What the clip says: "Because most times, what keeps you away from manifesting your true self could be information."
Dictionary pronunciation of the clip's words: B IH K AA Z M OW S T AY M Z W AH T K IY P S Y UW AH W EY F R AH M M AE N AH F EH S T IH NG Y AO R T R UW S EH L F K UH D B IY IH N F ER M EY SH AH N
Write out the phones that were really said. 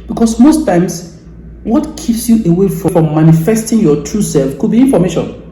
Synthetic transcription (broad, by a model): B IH K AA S M OW S T AY M S W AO T K IY P S Y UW AH W EY F R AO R M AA N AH F EH S T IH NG Y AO T R UW S EH L F K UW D B IY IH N F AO M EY SH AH N